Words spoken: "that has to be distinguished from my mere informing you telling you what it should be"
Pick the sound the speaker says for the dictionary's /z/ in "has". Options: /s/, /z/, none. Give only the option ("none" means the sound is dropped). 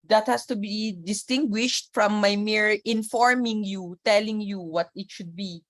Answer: /s/